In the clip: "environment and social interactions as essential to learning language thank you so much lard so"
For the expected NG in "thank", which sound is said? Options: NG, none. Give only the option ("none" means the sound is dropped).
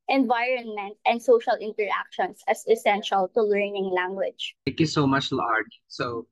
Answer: none